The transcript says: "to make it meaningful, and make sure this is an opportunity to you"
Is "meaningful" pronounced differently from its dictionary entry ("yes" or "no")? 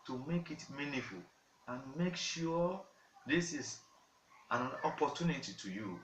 yes